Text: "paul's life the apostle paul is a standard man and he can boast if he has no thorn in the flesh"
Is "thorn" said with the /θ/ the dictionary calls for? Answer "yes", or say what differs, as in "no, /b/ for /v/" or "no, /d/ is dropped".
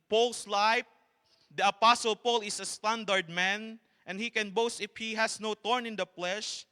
no, /t/ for /θ/